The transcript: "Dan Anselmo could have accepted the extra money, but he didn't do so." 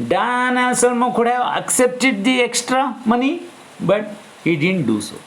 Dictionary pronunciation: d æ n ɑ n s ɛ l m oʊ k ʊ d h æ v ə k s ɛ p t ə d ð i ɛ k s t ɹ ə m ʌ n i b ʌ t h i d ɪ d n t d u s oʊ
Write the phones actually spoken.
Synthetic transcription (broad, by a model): d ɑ n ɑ s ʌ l m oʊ k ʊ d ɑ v ə k s ɛ p t ə d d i ɛ k s t ɹ ə m ʌ n i b ʌ t h i d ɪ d n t d u s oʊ